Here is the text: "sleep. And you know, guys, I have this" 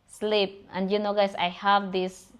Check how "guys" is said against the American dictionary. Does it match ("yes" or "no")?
no